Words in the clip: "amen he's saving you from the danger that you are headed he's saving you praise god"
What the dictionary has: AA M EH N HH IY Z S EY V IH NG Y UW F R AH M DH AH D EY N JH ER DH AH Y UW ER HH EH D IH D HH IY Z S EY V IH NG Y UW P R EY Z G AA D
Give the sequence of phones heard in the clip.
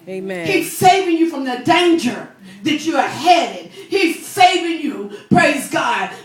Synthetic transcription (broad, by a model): HH IY Z S EY V IH NG Y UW F R AH M DH AH D EY N JH ER DH AH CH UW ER HH EH D IH D HH IY Z S EY V IH NG Y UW P R EY Z G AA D